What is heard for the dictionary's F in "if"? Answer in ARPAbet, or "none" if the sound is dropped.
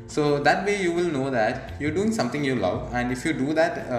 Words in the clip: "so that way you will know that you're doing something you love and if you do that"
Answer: F